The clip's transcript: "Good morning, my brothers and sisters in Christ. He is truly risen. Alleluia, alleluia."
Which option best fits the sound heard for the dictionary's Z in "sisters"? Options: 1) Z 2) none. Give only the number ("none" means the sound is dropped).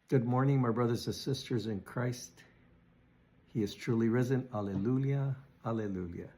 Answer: 1